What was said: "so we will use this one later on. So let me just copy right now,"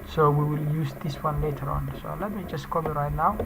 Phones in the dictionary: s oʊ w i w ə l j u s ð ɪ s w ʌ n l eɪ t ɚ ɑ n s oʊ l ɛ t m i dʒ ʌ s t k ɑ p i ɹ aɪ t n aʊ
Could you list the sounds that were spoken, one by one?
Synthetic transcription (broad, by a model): s oʊ w i w ə l j u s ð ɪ s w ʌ n l eɪ t ɚ ɑ n s oʊ l ɛ t m i dʒ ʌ s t k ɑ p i ɹ aɪ t n aʊ